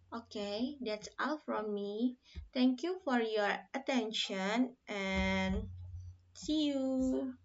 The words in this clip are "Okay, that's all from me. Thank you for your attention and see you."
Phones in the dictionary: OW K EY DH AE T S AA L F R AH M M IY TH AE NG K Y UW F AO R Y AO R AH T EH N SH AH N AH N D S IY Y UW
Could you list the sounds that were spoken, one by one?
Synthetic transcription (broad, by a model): OW K EY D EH T S AA L F R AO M M IY T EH NG K Y UW F AO R Y AO R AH T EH N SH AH N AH N S IY Y UW